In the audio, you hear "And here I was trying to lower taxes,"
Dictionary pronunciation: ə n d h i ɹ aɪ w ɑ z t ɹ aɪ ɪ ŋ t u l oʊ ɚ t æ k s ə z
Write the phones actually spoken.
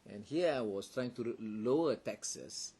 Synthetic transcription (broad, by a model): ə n h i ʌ aɪ w ɑ s t ɹ aɪ ɪ ŋ t u l oʊ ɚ t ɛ k s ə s